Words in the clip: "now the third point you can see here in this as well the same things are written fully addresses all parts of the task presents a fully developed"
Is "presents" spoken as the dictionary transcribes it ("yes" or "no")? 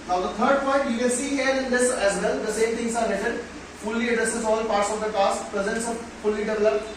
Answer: yes